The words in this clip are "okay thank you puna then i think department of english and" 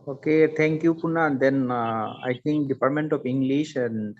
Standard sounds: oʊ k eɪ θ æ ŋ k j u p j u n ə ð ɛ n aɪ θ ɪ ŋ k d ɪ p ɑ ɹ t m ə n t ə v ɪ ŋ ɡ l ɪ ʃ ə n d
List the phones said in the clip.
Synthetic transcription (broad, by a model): oʊ k eɪ t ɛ ŋ k j u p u n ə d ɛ n aɪ t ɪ ŋ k d ɪ p ɑ ɹ t m ə n t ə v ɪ ŋ ɡ l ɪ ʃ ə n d